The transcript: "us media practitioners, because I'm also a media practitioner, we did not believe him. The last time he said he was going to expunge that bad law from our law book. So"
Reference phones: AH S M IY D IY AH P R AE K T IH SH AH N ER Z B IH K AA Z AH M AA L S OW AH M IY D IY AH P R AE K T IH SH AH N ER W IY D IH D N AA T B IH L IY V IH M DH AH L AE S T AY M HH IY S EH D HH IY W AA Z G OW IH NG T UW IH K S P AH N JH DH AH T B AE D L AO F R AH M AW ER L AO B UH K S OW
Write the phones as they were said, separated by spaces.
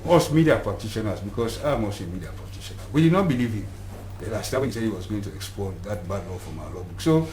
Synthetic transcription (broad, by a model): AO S M IY D IY AH P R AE K T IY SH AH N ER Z B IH K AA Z AH M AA S AH M IY D IY AH P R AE K T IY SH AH N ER W IY D IH D N AA T B IH L IY V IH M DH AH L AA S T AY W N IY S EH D HH IY W AA Z G OW IH NG T UW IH K S P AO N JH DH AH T B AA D L AO F R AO M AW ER L AO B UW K S OW